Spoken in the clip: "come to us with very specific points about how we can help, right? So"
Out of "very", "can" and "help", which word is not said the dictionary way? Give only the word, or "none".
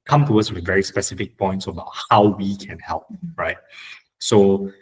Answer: none